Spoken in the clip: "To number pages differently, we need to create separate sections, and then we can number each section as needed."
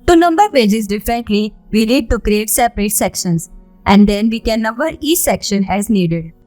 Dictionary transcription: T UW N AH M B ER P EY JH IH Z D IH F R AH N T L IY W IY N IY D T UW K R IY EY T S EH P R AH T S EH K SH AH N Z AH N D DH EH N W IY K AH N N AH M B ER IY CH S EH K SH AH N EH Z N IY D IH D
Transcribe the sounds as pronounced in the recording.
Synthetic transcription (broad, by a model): T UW N AH M B ER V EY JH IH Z D IH F R AH N T L IY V IY L IY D T UW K R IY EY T S EH P R AH T S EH K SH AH N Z AH N D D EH N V IY K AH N N AH M B ER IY S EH K SH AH N EH Z N IY D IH D